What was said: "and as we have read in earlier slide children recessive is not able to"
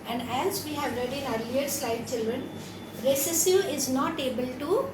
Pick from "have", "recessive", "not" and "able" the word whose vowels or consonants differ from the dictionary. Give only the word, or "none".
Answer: recessive